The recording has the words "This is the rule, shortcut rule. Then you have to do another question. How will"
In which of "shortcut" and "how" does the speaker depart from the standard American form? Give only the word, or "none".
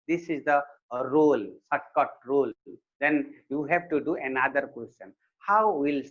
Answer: shortcut